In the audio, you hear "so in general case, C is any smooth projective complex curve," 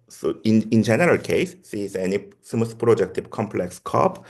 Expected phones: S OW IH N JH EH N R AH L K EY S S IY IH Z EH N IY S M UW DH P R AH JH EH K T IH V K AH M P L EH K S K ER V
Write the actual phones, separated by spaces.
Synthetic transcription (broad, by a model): S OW IH N JH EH N R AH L K EY S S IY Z EH N IY S M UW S P R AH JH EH K T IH B K AH M P L EH K S K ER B